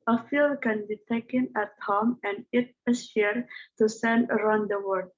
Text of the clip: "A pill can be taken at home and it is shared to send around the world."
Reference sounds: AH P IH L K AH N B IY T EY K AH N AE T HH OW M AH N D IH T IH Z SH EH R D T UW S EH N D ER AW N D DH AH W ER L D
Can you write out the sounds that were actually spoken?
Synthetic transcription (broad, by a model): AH F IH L K AH N B IY T EY K AH N AE T HH OW M AH N D IH T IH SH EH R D T UW S EH N D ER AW N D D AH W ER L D